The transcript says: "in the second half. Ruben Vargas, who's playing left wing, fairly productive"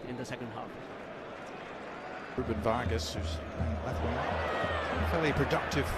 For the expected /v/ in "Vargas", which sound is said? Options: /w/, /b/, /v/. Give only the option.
/v/